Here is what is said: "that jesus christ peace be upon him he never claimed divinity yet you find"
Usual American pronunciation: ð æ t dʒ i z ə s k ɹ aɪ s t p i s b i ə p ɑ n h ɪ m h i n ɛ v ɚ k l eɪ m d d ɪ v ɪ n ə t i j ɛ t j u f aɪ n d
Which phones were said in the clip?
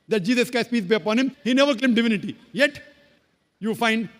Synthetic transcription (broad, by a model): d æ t dʒ i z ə s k aɪ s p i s b i ə p ɑ n h ɪ m h i n ɛ v ɚ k l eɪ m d d ɪ v ɪ n ə t i j ɛ t j u f aɪ n d